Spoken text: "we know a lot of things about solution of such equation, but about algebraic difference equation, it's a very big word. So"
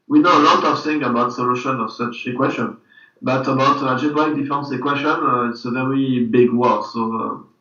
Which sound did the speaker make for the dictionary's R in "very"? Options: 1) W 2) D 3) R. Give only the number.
3